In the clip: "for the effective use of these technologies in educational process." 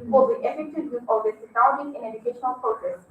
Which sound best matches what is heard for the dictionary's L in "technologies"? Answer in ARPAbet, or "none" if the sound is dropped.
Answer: none